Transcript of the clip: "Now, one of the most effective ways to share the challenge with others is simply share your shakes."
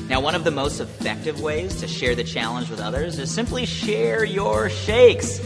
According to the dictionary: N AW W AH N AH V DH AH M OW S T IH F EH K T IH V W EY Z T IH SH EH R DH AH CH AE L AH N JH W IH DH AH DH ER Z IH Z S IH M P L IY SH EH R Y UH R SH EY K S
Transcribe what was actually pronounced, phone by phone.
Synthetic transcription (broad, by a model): N AW W AH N AH V DH AH M OW S T IH F EH K T IH V W EY Z T IH SH EH R DH AH CH AE L AH N JH W IH DH AH DH ER Z IH Z S IH M P L IY SH EH R Y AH R SH EY K S